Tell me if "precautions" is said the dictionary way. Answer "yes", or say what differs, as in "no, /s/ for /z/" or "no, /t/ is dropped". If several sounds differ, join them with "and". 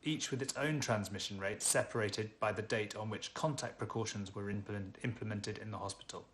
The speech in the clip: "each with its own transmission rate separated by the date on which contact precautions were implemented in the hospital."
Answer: yes